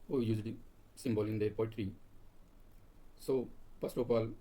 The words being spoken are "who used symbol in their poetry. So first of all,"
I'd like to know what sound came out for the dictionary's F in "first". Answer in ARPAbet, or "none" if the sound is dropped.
P